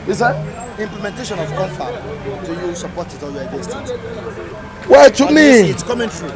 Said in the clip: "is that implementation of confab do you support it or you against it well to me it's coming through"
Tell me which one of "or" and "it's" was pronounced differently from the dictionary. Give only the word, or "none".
or